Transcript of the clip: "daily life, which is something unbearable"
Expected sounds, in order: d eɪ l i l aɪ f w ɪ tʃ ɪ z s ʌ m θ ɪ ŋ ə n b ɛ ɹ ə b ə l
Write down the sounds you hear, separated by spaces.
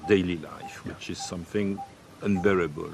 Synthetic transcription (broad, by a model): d eɪ l i l aɪ f w ɪ tʃ ɪ z s ʌ m θ ɪ ŋ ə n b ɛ ɹ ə b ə l